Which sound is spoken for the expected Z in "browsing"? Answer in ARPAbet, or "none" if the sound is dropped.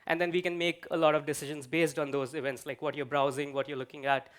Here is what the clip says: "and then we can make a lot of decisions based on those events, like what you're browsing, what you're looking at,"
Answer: Z